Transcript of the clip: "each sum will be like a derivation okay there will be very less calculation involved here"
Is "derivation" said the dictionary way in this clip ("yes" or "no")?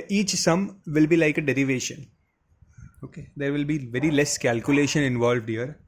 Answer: yes